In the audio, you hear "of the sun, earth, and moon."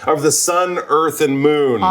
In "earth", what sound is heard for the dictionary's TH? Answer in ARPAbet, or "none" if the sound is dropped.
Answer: TH